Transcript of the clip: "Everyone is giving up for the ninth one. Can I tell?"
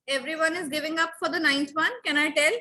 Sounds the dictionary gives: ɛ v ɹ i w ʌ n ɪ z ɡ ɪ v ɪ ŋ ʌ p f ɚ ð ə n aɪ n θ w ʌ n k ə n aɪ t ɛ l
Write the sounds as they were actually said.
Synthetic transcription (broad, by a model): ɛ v ɹ i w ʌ n ɪ z ɡ ɪ v ɪ ŋ ʌ p f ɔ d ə n aɪ n t w ʌ n k ə n aɪ t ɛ l